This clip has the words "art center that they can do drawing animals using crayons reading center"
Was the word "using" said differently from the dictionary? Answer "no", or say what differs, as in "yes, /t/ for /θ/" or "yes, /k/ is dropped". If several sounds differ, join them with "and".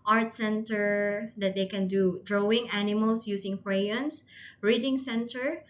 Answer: yes, /s/ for /z/